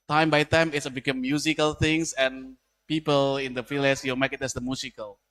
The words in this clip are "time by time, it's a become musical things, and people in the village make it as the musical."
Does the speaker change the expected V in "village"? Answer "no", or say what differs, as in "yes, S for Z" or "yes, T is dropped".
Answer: yes, F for V